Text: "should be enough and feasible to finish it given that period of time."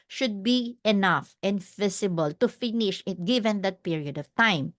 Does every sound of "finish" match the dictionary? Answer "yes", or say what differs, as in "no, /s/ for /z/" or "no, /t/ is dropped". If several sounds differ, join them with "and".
yes